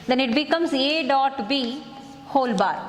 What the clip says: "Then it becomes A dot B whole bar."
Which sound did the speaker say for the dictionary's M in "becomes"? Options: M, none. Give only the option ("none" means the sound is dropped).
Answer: M